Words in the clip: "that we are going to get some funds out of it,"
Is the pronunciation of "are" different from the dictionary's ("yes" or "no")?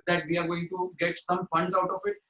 no